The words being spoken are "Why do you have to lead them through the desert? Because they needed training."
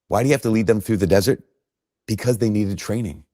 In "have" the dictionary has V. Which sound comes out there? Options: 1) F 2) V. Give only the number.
1